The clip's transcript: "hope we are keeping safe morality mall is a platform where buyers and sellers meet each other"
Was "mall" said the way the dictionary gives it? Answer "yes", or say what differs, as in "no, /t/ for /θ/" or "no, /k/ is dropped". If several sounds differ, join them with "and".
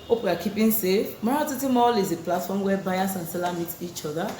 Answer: yes